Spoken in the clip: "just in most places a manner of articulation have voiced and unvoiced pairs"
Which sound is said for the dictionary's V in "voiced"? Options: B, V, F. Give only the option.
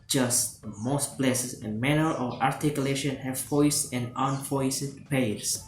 F